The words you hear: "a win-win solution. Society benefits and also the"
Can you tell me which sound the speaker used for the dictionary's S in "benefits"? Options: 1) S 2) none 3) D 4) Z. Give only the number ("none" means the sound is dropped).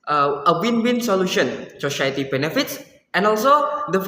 1